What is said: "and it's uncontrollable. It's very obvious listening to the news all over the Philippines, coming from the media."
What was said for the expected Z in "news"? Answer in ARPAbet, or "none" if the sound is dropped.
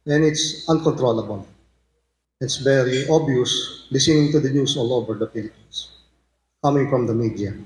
S